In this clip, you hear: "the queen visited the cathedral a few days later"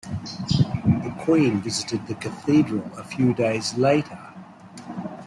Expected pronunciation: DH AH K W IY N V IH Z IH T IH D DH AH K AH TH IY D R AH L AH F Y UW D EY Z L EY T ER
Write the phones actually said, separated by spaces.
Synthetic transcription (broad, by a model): DH AH K W IY N V IH Z IH T IH D DH AH K AH TH IY D R AH L AH F Y UW D EY Z L EY T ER